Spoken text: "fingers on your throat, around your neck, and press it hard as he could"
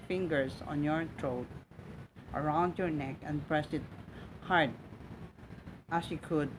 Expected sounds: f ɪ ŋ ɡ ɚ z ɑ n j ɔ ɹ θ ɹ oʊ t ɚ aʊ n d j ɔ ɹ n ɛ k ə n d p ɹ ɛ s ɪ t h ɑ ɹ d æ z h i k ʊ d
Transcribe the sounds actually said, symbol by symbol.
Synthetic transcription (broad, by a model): f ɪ ŋ ɡ ɚ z ɑ n j ɔ ɹ t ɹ oʊ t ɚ aʊ n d j ɔ ɹ n ɛ k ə n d p ɹ ɛ s ɪ t h ɑ ɹ d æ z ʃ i k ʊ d